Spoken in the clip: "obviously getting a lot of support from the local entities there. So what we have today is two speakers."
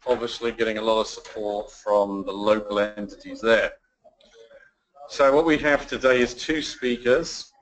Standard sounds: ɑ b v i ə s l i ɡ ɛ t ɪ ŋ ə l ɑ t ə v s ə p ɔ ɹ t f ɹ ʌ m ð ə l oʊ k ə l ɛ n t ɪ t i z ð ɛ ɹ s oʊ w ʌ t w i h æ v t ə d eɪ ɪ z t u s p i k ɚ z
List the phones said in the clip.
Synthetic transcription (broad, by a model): ɑ b v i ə s l i ɡ ɛ t ɪ ŋ ə l ɑ t ə v s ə p ɔ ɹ t f ɹ ʌ m ð ə l oʊ k ə l ɛ n t ɪ t i z ð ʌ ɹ s oʊ w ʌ t w i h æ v t ə d eɪ ɪ z t u s p i k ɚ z